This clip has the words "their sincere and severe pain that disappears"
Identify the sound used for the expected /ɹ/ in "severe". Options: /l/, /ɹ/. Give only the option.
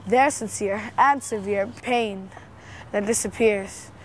/ɹ/